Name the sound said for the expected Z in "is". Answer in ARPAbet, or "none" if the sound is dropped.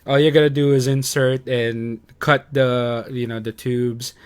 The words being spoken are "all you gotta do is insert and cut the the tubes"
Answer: Z